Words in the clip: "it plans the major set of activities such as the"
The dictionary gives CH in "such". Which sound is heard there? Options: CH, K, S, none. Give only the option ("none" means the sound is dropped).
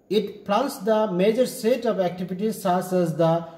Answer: S